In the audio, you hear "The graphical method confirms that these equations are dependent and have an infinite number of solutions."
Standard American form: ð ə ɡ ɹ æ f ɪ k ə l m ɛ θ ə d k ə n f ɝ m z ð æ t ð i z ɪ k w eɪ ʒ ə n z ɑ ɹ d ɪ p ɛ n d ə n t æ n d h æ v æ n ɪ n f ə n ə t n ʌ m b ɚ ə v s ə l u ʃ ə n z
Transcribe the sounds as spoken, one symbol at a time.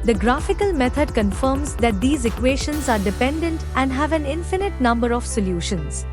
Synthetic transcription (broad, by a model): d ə ɡ ɹ æ f ɪ k ə l m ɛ t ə d k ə n f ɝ m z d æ t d i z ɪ k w eɪ ʃ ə n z ɑ ɹ d ɪ p ɛ n d ə n t æ n d h æ v æ n ɪ n f ə n ə t n ʌ m b ɚ ə v s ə l u ʃ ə n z